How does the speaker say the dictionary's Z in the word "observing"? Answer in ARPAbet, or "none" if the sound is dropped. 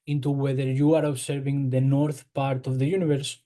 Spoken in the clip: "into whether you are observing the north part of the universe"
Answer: S